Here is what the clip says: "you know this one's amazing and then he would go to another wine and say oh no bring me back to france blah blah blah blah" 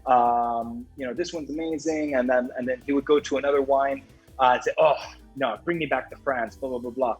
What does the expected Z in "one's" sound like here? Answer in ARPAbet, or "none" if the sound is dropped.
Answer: Z